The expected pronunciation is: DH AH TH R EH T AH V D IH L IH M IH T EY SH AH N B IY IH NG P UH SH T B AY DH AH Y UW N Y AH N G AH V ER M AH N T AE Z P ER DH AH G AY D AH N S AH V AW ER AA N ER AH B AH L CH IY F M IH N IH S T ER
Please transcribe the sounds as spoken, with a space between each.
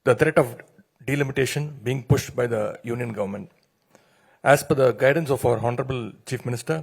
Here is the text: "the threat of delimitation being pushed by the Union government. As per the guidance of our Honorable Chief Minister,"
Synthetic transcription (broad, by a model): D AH T R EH T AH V D IH L IH M IH T EY SH AH N B IY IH NG P UH SH T B AY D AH Y UW N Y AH N G AH V ER M AH N T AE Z F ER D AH G AY D AH N S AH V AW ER AA N ER AH B AH L CH IY F M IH N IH S T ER